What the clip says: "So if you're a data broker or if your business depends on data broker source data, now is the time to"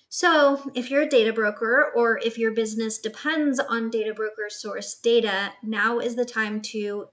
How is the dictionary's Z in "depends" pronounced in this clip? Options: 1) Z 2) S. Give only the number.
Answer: 1